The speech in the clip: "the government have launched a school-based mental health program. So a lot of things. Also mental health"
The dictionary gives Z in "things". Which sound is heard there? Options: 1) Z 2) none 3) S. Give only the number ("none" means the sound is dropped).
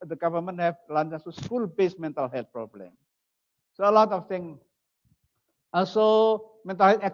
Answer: 2